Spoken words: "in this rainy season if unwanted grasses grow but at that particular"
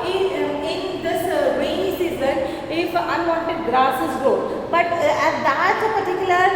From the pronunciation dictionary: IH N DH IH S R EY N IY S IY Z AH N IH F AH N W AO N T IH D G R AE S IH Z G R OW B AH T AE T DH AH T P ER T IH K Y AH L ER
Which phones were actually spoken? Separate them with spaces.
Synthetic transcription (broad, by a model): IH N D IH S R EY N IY S IY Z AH N IH F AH N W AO N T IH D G R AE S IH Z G OW B AH T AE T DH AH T P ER T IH K Y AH L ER